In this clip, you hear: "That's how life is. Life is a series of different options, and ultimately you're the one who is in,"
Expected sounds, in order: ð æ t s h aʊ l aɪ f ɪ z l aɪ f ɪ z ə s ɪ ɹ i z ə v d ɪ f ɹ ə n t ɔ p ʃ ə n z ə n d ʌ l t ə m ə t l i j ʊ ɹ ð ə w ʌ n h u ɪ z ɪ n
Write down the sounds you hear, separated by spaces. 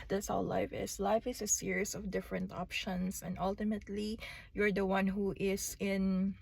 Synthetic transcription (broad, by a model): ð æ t s h aʊ l aɪ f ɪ s l aɪ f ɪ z ə s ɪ ɹ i s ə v d ɪ f ɹ ə n t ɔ p ʃ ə n s ə n d ʌ l t ə m ə t l i j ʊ ɹ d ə w ʌ n h u ɪ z ɪ n